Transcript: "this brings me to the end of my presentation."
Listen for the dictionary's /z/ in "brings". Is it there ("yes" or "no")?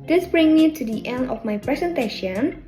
no